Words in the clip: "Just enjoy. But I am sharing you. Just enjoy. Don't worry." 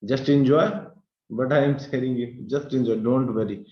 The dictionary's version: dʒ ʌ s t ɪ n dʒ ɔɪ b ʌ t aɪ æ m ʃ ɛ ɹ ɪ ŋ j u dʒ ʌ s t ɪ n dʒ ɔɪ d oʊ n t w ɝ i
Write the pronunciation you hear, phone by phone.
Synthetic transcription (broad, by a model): dʒ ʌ s t ɪ n dʒ ɔɪ b ʌ t aɪ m s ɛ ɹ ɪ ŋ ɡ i dʒ ʌ s t ɪ n dʒ ɔɪ d oʊ n t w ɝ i